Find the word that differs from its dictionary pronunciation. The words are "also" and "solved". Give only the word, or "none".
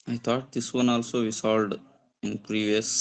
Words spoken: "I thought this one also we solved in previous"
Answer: solved